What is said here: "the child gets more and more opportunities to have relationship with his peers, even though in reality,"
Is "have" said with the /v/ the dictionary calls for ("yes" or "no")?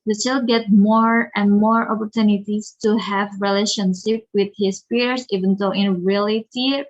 yes